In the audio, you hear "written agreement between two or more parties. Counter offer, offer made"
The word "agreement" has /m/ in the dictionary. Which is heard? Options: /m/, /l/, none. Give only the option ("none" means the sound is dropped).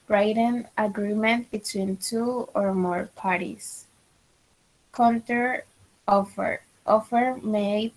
/m/